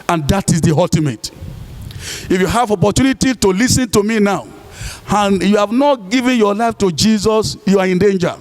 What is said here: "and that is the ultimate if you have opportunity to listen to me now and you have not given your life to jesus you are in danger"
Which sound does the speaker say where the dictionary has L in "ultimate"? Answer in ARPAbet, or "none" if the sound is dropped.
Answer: none